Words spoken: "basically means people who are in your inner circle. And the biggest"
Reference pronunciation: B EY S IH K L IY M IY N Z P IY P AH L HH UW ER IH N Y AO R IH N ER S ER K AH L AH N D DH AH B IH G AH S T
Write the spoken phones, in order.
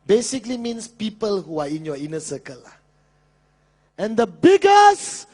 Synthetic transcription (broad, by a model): B EY S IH K L IY M IY N S P IY P AH L HH UW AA IH N Y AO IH N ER S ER K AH L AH N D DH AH B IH G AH S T